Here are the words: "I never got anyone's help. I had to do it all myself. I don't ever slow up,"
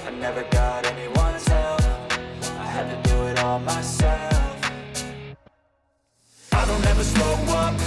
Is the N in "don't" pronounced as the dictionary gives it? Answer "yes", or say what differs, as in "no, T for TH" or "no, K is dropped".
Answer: yes